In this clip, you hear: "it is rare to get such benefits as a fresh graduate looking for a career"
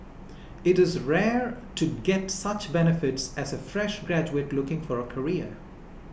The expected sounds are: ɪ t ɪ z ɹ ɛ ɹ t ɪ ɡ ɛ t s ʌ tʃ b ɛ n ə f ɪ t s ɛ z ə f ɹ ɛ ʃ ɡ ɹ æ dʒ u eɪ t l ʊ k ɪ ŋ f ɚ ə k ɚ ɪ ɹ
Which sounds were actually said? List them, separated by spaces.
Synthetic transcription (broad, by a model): ɪ t ɪ z ɹ ɛ ɹ t ɪ ɡ ɛ t s ʌ tʃ b ɛ n ə f ɪ t s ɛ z ə f ɹ ɛ ʃ ɡ ɹ æ dʒ u eɪ t l ʊ k ɪ ŋ f ɚ ə k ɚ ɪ ɹ